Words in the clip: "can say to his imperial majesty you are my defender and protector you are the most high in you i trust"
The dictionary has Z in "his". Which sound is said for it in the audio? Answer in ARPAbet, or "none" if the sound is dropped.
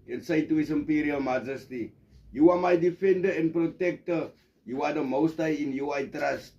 S